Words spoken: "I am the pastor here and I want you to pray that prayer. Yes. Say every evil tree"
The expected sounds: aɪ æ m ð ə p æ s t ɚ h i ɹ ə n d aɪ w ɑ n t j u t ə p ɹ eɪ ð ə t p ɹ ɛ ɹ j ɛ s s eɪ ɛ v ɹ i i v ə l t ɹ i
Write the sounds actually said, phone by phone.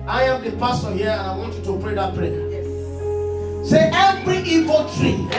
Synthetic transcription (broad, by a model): aɪ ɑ m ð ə p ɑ s t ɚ h i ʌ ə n aɪ w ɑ n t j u t ə p ɹ eɪ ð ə t p ɹ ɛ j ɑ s s eɪ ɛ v ɹ i i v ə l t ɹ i